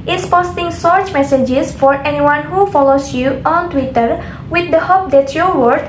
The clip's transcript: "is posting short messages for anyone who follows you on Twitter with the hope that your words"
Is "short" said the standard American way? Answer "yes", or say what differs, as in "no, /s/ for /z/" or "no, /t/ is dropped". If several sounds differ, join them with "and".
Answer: no, /s/ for /ʃ/